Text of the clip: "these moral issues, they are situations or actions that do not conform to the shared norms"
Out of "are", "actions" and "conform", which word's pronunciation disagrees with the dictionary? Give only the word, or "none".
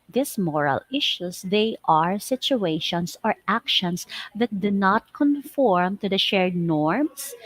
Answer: actions